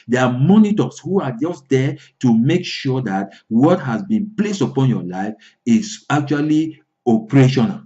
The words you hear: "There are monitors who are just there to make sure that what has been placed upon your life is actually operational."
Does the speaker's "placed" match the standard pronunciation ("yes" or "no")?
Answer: yes